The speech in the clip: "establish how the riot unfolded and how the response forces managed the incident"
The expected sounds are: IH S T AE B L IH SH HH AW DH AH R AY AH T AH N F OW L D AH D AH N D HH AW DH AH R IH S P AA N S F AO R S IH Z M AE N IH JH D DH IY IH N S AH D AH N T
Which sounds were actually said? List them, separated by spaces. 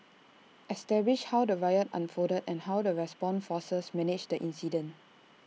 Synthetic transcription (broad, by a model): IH S T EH B L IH SH HH AW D AH R AY AH T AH N F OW D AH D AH N HH AW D AH R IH S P AA N F AO S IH S M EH N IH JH D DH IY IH N S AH D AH N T